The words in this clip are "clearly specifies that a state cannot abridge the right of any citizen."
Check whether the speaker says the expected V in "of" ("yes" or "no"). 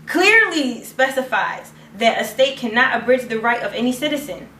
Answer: yes